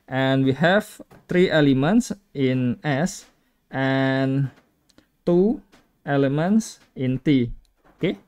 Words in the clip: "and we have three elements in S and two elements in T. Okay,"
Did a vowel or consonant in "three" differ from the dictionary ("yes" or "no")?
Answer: yes